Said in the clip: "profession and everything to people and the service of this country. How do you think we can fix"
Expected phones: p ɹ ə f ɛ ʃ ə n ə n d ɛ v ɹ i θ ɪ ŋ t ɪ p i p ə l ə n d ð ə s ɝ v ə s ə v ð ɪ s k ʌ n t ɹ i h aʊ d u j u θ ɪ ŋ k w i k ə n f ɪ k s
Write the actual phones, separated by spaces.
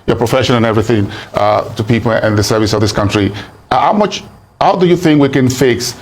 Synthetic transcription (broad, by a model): p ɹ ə f ɛ ʃ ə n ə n ɛ v ɹ i θ ɪ ŋ t ɪ p i p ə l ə n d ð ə s ɝ v ə s ə v ð ɪ s k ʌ n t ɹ i h aʊ d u j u θ ɪ ŋ k w i k ə n f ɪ k s